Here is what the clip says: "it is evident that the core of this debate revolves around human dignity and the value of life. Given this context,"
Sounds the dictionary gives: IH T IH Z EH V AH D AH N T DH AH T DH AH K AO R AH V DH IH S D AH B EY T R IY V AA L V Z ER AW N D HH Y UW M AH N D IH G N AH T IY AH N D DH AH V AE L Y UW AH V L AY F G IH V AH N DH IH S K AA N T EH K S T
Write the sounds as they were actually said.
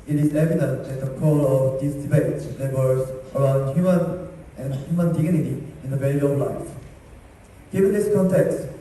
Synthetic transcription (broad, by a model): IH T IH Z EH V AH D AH N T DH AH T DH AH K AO L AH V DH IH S D AH B EY T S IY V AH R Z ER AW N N HH Y UW M AH N D IH G N AH T IY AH N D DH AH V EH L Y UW AH V L AY F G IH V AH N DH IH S K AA N T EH K S T